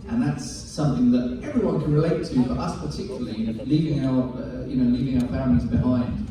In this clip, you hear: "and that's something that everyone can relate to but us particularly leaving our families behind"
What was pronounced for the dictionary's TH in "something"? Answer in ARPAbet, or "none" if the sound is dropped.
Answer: TH